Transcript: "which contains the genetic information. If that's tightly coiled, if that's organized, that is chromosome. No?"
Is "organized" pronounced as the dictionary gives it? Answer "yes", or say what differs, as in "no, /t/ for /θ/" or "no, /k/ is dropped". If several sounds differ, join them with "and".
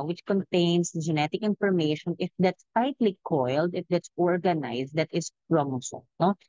no, /s/ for /z/